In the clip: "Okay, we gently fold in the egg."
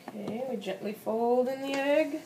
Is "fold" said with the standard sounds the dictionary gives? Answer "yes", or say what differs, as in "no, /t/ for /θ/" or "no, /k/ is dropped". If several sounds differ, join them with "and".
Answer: yes